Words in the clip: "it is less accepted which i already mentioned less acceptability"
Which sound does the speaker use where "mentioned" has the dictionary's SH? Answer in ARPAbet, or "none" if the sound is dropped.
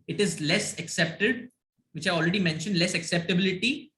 SH